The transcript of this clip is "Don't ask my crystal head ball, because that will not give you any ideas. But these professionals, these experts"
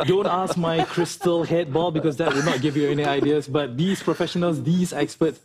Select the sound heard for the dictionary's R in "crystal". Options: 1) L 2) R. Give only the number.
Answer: 2